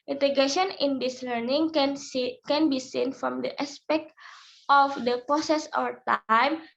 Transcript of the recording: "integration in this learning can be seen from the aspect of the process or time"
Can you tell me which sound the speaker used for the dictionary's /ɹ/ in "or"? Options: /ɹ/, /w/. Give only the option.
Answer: /w/